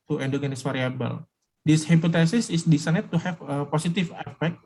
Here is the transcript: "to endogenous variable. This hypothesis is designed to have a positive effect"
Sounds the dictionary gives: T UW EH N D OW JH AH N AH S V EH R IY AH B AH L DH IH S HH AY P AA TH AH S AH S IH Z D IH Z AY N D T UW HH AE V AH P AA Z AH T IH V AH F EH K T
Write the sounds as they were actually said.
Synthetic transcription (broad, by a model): T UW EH N D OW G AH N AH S F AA R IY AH B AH L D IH S HH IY P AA T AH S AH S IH S D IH S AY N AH T UW HH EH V AH P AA S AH T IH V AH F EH K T